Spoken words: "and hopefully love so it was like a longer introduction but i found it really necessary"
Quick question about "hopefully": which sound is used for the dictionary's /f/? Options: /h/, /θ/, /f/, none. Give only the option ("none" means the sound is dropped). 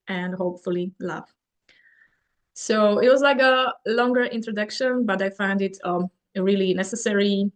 /f/